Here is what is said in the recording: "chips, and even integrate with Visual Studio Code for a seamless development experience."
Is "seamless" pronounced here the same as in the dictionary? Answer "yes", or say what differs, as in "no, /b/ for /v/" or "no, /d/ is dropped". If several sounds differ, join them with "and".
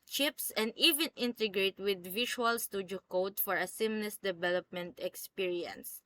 no, /n/ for /l/